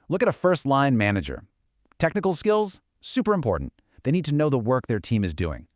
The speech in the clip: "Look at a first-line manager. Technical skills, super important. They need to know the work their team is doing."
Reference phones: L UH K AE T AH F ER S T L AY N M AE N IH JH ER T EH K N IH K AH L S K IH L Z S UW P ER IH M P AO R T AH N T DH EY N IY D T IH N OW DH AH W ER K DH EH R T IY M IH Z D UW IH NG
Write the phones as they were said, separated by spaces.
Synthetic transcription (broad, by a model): L UH K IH T AH F ER S T L AY N M AE N IH JH ER T EH K N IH K L S K IH L Z S UW P ER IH M P AO R T N DH EY N IY D T IH N OW DH AH W ER K DH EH R T IY M IH Z D UW IH NG